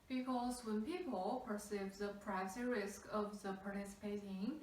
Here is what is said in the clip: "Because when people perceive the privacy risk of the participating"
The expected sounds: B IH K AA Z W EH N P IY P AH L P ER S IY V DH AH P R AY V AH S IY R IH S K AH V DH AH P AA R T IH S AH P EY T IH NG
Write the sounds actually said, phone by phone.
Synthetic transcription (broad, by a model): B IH K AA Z W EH N P IY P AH L P ER S IY V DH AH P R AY AH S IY R IH S K AH V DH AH P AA R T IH S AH P EY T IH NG